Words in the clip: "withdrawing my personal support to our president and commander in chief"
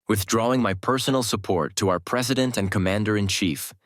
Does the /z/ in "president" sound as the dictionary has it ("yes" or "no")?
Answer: yes